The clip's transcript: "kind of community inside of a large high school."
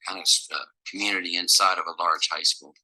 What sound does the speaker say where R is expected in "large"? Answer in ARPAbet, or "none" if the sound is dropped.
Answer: R